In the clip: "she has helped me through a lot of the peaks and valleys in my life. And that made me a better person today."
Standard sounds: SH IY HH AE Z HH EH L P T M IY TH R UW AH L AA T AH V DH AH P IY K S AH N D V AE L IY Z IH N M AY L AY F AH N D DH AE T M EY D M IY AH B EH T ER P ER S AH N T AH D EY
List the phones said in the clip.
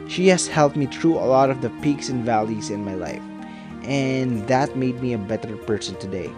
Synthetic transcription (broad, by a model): SH IY HH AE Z HH EH L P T M IY T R UW AH L AA T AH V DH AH P IY K S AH N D V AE L IY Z IH N M AY L AY F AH N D DH AE T M EY D M IY AH B EH T ER P ER S AH N T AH D EY